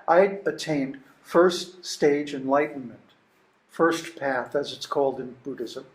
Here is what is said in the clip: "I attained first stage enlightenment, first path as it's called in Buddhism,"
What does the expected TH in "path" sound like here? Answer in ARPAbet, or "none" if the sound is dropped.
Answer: TH